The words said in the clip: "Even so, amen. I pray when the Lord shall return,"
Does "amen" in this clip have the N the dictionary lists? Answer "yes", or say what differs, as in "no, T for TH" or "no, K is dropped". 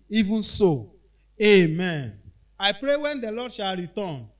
yes